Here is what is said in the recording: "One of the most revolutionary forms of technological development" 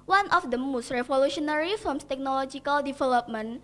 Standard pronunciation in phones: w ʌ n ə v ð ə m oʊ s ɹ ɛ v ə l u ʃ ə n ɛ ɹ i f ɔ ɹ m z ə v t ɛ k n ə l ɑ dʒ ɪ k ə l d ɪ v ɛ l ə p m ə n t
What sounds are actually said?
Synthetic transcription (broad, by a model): w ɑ n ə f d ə m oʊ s ɹ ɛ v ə l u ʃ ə n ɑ ɹ i f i l m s t ɛ k n ə l ɑ dʒ ɪ k ə l d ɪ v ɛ l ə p m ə n